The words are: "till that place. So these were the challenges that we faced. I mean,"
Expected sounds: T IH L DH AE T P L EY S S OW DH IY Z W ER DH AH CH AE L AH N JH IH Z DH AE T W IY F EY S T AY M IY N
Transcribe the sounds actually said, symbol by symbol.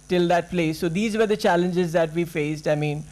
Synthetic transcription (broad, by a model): T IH L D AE T P L EY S S OW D IY Z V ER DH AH CH AE L AH N JH IH Z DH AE T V IY F EY S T AY M IY N